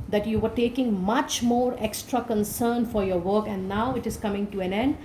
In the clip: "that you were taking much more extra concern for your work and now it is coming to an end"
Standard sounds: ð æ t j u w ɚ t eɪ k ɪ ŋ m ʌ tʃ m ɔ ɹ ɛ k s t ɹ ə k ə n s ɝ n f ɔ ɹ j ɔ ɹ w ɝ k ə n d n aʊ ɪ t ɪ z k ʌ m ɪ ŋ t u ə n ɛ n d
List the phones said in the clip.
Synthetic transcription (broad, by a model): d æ t j u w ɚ t eɪ k ɪ ŋ m ʌ tʃ m ɔ ɹ ɛ k s t ɹ ə k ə n s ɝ n f ɔ ɹ j ɔ ɹ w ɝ k ə n d n aʊ ɪ t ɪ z k ʌ m ɪ ŋ t u ə n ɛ n d